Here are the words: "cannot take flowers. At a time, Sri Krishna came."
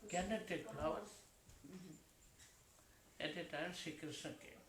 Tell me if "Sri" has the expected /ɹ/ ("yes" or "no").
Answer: no